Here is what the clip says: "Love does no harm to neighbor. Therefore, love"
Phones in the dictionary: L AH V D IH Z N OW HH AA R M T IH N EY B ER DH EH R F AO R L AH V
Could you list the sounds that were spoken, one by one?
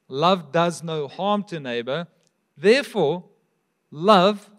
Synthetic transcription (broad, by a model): L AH V D IH Z N OW HH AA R M T IH N EY B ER DH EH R F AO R L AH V